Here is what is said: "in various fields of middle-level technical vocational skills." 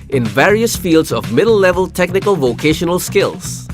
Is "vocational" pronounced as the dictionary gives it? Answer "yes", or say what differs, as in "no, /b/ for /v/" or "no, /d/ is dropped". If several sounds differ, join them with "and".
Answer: yes